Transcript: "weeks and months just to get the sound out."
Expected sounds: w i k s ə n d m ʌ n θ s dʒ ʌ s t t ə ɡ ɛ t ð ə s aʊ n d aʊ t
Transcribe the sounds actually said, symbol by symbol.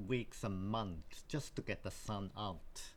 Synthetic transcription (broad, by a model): w i k s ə m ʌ n θ dʒ ʌ s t t ə ɡ ɛ t ð ə s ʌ n aʊ t